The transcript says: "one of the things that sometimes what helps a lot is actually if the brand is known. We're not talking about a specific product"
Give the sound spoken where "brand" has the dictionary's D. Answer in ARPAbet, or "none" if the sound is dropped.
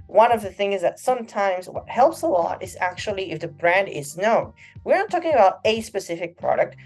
D